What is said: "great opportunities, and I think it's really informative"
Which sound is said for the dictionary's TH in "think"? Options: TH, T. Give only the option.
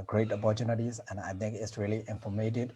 T